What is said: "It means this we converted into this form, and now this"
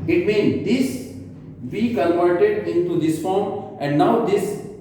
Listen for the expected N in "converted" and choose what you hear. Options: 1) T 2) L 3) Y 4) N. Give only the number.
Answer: 2